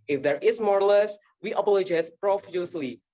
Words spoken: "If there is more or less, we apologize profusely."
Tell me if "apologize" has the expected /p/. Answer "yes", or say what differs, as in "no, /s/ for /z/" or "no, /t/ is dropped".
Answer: no, /b/ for /p/